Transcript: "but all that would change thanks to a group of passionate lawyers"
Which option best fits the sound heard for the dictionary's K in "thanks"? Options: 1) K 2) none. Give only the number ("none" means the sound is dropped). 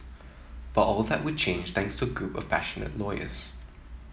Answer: 1